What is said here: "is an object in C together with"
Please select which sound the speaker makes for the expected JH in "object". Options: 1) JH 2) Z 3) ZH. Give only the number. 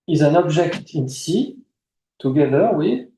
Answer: 3